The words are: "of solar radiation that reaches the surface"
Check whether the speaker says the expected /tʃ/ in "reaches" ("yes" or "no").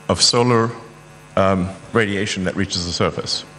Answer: yes